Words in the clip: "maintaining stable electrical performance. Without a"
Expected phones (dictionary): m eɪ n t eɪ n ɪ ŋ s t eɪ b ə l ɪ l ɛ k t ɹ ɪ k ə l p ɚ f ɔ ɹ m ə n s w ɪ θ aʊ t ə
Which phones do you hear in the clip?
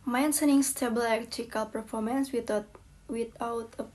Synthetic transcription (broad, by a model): m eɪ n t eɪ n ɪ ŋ s t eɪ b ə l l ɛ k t ɪ k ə l p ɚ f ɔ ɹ m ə n s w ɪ t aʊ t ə